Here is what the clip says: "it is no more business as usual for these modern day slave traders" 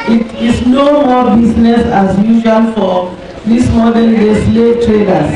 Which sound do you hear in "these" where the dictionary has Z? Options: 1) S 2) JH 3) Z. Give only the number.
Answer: 1